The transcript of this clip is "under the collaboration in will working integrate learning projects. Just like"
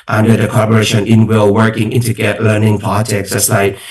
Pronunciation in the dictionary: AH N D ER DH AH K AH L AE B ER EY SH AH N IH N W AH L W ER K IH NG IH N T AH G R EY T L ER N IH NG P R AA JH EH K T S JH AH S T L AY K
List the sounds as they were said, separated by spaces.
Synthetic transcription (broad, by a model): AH N D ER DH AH K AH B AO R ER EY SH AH N IH N W AH L W ER K IH NG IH N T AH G EY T L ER N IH NG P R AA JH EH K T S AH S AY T